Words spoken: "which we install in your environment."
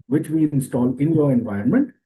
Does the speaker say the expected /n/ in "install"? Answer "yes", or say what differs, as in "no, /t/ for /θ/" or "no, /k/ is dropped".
yes